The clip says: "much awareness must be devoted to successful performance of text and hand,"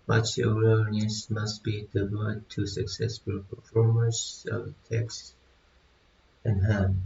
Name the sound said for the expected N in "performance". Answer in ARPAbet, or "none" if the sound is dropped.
none